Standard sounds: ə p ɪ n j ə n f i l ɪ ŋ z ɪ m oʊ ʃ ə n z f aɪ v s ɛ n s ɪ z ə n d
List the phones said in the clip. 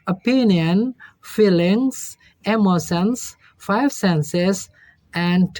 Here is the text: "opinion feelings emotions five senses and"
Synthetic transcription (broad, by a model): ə p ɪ n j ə n f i l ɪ ŋ s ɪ m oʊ s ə n s f aɪ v s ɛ n s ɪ s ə n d